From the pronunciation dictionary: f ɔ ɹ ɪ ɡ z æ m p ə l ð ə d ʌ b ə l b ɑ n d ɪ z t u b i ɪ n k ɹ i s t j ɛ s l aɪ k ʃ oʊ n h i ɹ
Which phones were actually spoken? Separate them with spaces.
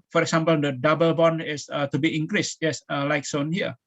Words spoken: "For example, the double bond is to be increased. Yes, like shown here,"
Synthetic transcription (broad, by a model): f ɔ ɹ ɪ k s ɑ m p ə l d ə d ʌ b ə l b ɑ n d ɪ s t u b i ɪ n k ɹ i s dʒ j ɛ s l aɪ k s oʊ n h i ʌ